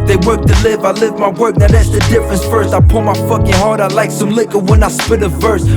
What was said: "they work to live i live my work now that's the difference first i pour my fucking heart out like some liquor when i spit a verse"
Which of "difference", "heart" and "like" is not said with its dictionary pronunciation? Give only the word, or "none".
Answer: none